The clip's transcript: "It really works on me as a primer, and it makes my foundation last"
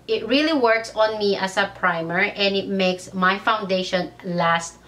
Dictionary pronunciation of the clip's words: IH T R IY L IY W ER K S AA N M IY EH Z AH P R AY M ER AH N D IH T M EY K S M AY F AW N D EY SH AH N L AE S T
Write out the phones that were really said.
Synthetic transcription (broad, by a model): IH T R IY L IY W ER K S AA N M IY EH S AH P R AY M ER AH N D IH T M EY K S M AY F AW N D EY SH AH N L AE S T